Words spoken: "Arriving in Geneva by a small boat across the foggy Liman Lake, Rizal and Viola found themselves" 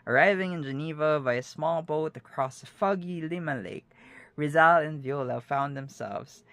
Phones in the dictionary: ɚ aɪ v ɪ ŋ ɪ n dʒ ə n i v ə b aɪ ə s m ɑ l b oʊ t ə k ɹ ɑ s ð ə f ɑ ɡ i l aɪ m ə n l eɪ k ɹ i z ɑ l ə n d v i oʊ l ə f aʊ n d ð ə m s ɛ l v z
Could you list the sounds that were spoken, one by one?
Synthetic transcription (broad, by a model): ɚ aɪ v ɪ ŋ ɪ n dʒ ə n i v ə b aɪ ə s m ɑ l b oʊ t ə k ɹ ɑ s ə f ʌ ɡ i l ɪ m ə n l eɪ k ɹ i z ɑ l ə n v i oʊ l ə f aʊ n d ð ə m s ɛ l v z